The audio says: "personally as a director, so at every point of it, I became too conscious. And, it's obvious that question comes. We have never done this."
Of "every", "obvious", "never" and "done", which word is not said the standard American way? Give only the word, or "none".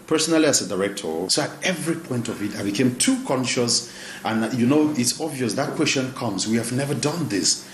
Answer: none